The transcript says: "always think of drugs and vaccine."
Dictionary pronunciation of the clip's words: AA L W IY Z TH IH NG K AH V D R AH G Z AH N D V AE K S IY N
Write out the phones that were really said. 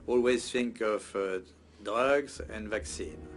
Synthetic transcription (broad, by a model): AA L W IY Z TH IH NG K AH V D AH G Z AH N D V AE K S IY N